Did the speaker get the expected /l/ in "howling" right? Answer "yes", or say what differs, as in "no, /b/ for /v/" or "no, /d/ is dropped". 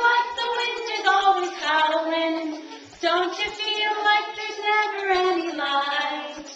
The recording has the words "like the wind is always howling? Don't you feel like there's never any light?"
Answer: no, /w/ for /l/